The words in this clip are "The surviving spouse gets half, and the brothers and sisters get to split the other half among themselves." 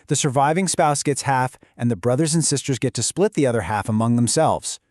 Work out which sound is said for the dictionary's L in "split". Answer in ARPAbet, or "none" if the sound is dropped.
L